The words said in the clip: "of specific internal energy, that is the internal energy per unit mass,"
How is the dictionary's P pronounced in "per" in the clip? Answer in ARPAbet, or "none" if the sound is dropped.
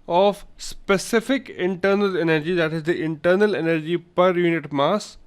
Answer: P